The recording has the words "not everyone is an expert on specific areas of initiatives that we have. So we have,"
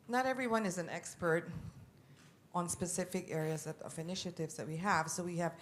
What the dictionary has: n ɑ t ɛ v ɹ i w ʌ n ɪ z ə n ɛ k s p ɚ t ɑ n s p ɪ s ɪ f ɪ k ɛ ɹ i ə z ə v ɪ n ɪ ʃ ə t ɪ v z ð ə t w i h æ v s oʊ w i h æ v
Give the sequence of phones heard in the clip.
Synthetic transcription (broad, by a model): n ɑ t ɛ v ɹ i w ʌ n ɪ z ə n ɛ k s p ɚ t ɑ n s p ɪ s ɪ f ɪ k ɛ ɹ i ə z ə v ɪ n ɪ ʃ ə t ɪ v z ð ə t w i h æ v s oʊ w i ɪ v